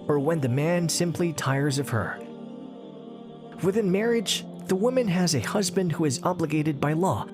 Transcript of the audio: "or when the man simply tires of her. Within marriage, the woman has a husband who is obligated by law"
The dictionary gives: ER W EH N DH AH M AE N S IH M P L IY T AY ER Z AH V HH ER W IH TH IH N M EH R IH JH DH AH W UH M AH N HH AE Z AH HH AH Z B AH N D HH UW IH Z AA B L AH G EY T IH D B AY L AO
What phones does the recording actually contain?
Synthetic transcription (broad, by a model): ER W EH N DH AH M AE N S IH M P L IY T AY ER Z AH V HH ER W IH TH IH N M EH R IH JH DH AH W UH M AH N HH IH Z AH HH AH Z B AH N D HH UW IH Z AA B L AH G EY T IH D B AY L AO